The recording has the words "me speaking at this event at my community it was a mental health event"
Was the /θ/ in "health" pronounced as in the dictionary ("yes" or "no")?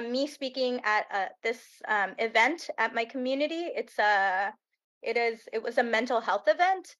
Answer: yes